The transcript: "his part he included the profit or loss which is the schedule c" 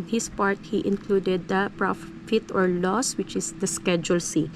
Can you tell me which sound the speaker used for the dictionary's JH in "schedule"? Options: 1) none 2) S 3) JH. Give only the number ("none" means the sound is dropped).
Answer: 3